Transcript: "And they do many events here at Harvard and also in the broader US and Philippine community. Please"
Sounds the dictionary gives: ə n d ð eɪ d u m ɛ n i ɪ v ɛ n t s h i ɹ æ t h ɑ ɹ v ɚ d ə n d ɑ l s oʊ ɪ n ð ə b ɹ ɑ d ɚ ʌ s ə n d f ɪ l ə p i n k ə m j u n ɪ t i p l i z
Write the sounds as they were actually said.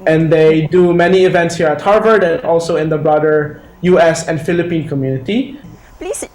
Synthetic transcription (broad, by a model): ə n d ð eɪ d u m ɛ n i ɪ v ɛ n t s h i ɹ æ t h ɑ ɹ v ɚ d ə n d ɑ l s oʊ ɪ n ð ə b ɹ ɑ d ɚ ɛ s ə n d f ɪ l ə p i n k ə m j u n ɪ t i i